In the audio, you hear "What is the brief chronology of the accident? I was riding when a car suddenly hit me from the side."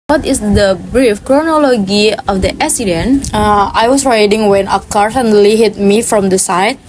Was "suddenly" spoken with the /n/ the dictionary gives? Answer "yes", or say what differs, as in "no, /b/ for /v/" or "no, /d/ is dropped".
no, /n/ is dropped